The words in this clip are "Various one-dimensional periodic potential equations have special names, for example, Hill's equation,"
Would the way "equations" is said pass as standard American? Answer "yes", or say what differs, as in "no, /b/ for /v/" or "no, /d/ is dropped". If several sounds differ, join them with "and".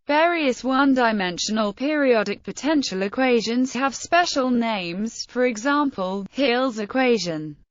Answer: yes